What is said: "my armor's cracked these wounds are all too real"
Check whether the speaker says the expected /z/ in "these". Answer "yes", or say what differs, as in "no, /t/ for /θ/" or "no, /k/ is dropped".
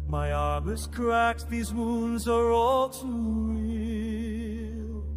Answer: yes